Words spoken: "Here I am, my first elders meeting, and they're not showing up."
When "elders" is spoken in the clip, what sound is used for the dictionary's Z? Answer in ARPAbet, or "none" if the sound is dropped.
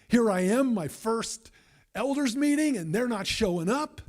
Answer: Z